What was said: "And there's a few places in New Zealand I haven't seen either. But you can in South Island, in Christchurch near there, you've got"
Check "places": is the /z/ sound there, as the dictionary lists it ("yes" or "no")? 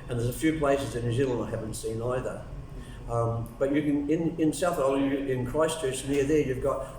yes